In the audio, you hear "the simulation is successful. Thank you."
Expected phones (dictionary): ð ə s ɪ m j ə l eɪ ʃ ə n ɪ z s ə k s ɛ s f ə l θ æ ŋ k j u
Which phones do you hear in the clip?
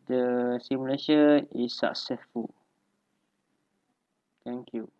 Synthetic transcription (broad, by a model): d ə s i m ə l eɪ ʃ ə ɪ s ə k s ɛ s f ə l t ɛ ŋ k j u